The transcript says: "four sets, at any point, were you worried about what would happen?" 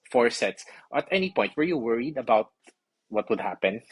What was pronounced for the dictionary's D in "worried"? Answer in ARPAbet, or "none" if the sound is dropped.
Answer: D